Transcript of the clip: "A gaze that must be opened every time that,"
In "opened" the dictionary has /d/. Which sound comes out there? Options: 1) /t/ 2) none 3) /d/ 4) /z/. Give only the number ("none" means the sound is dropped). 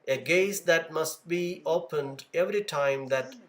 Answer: 3